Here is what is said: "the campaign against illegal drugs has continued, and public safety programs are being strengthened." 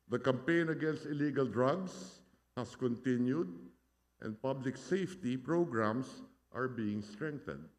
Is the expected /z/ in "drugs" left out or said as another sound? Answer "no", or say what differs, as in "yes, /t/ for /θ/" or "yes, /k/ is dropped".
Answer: yes, /s/ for /z/